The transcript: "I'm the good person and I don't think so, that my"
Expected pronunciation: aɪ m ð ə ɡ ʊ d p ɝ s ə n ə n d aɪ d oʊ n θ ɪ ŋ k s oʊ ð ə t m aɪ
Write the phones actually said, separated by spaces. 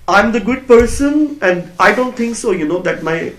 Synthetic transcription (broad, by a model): aɪ m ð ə ɡ ʊ d p ɝ s ə n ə n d aɪ d oʊ n t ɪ ŋ k s oʊ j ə t m aɪ